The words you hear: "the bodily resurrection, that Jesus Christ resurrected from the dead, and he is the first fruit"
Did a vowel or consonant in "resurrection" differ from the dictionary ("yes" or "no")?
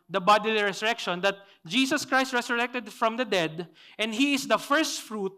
yes